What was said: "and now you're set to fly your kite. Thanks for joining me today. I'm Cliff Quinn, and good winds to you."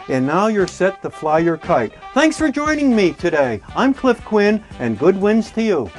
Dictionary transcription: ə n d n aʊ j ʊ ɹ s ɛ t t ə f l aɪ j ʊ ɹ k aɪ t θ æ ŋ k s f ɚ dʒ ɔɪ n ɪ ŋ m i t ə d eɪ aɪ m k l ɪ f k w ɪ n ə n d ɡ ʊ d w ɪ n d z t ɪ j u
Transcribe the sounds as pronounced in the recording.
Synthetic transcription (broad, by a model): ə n n aʊ j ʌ ɹ s ɛ t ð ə f l aɪ j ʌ ɹ k aɪ t θ æ ŋ k s f ɚ dʒ ɔɪ n ɪ ŋ m i t ə d eɪ aɪ m k l ɪ f k w ɪ n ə n ɡ ʊ d w ɪ n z t ɪ j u